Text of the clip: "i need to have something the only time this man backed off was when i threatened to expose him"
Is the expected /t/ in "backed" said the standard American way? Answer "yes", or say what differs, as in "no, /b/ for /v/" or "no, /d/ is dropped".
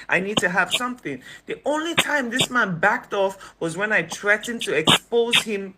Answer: yes